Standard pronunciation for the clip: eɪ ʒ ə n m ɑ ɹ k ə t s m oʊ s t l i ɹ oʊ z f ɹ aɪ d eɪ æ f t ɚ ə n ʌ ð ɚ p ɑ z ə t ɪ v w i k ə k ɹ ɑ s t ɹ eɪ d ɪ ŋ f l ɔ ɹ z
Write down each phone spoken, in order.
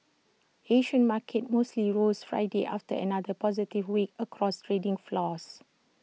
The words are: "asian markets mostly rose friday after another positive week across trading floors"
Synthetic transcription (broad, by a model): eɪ ʃ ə n m ɑ k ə t m oʊ s t l i ɹ oʊ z f ɹ aɪ d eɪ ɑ f t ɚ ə n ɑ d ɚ p ɑ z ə t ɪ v w i k ə k ɹ ɑ s t ɹ eɪ d ɪ ŋ f l ɔ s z